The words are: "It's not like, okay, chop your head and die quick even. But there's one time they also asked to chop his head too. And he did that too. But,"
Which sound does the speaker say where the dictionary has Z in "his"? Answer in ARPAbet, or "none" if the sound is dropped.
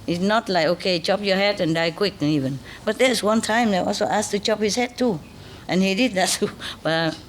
S